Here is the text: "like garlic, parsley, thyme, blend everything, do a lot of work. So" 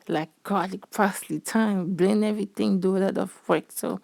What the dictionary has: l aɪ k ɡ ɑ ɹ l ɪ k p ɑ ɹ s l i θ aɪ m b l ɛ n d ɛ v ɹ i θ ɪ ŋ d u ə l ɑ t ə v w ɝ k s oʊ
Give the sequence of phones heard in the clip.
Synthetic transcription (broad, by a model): l aɪ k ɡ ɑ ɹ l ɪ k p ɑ s l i t aɪ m b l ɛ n ɛ v ɹ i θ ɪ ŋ d u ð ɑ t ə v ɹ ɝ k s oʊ